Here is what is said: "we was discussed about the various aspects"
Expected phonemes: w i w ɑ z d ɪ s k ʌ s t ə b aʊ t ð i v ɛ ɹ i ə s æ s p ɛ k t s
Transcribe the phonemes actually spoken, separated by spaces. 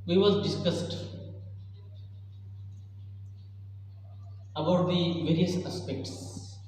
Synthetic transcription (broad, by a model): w i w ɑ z d ɪ s k ʌ s t ə b aʊ t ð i v ɛ ɹ i ə s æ s p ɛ k t s